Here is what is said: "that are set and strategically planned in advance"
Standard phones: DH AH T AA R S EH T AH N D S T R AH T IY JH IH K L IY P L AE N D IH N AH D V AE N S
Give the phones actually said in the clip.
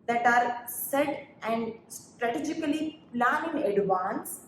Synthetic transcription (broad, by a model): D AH T AA R S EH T AH N D S T R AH T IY JH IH K L IY P L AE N IH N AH D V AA N S